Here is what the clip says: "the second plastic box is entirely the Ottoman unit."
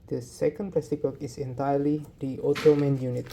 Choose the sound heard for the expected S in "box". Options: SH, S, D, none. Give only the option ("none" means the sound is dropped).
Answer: none